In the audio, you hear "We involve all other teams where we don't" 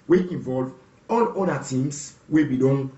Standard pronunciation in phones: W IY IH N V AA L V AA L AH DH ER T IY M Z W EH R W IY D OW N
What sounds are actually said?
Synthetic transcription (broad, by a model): W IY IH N V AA L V AA L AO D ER T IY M S W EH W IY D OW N